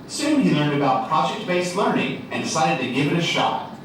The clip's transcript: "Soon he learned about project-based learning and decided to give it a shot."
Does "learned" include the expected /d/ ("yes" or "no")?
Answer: yes